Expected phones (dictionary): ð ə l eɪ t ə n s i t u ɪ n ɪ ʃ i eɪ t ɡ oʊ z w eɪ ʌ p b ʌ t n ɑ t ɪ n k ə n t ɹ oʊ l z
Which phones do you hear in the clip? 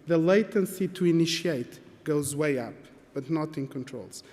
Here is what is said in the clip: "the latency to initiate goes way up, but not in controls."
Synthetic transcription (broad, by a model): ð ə l eɪ t ə n s i t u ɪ n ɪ ʃ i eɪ t ɡ oʊ z w eɪ ʌ p b ʌ t n ɑ t ɪ n k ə n t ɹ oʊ l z